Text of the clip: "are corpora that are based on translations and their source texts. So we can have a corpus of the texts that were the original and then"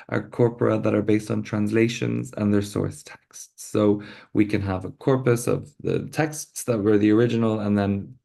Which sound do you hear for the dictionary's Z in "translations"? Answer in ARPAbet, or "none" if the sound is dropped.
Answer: Z